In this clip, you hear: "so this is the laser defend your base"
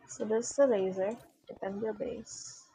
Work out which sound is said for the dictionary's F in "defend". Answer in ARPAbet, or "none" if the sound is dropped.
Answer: P